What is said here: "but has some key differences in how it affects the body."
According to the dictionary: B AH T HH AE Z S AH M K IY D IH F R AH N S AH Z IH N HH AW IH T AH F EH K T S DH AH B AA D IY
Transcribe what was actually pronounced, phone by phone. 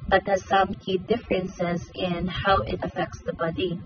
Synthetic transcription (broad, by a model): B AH T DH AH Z S AH M K IY D IH F R AH N S AH Z IH N HH AW IH T AH F EH K T S DH AH B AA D IY